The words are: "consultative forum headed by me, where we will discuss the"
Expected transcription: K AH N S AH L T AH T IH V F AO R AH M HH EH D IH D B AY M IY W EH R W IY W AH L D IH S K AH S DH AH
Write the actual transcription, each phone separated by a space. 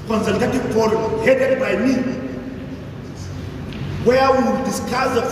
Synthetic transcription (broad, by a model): K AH N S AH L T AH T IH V P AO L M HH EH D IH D B AY M IY W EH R W IY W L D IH S K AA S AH